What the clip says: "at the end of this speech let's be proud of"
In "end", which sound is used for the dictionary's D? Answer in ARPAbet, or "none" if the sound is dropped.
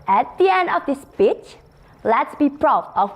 D